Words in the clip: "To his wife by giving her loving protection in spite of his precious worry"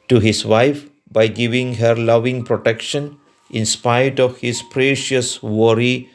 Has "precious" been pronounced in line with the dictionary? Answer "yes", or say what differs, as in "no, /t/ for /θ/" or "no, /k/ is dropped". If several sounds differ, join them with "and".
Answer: yes